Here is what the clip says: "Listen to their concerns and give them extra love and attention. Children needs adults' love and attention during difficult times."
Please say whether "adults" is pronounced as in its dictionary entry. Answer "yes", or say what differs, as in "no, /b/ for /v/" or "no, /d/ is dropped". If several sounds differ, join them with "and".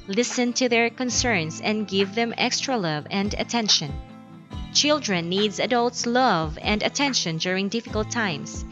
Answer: yes